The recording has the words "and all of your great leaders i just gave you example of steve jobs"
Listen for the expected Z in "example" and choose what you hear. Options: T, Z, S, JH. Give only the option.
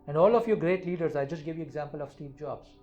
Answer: Z